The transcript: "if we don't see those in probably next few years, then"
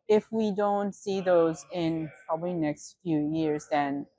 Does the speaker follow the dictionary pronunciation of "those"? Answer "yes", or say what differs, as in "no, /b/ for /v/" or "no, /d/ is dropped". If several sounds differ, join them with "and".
yes